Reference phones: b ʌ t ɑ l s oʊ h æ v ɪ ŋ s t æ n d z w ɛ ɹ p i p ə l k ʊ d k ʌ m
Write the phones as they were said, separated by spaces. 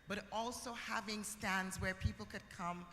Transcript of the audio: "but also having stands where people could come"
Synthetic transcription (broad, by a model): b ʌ t ɑ l s oʊ h æ v ɪ ŋ s t æ n d z w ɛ ɹ p i p l k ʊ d k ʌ m